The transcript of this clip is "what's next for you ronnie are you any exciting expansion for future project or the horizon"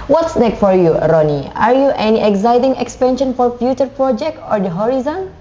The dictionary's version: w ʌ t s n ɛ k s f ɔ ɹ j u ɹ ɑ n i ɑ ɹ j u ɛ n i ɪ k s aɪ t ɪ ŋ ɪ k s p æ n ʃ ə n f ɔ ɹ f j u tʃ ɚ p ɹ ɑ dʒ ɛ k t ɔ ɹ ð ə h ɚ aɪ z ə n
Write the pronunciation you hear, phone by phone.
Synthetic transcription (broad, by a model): w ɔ t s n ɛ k f ɔ ɹ j u ɹ ɑ n i ɑ ɹ j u ɛ n i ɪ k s aɪ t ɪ ŋ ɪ k s p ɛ n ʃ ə n f ɔ ɹ f j u tʃ ɚ p ɹ ɑ dʒ ɛ k t ɔ ɹ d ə h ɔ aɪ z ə n